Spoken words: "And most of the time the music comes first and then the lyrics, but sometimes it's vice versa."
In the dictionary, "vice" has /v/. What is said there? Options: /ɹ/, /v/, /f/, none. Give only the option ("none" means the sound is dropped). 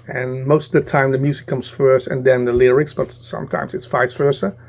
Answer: /f/